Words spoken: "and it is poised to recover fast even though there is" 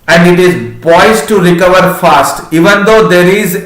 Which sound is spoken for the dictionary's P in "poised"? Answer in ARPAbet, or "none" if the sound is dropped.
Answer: B